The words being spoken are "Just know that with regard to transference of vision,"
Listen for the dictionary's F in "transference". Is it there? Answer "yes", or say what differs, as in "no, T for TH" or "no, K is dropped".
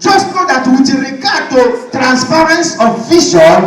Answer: no, P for F